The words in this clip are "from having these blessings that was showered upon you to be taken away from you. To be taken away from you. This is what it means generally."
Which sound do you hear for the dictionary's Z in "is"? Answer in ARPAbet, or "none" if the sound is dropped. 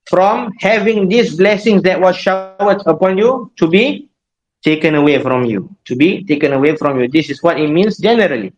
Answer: S